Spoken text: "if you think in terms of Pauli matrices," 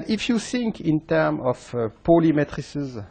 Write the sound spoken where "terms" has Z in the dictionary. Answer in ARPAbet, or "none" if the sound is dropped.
none